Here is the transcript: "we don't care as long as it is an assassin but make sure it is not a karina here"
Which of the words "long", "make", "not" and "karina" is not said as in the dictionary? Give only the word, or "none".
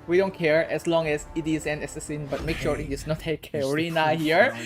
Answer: none